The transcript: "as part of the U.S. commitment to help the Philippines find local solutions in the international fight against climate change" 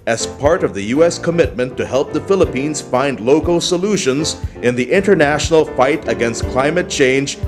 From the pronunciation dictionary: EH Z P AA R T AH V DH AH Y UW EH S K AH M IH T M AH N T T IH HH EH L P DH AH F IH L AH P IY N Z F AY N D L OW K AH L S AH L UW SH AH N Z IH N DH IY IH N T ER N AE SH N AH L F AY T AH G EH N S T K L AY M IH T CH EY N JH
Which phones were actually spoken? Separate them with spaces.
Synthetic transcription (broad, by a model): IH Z P AA R T AH V DH AH Y UW EH S K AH M IH T M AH N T T IH HH EH L P DH AH F IH L AH P IY N Z F AY N D L OW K L S AH L UW SH AH N Z IH N DH IY IH N T ER N AE SH N L F AY T AH G EH N S T K L AY M IH T CH EY N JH